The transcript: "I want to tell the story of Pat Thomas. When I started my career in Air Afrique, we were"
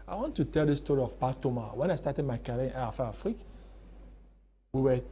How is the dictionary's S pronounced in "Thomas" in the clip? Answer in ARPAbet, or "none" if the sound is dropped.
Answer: none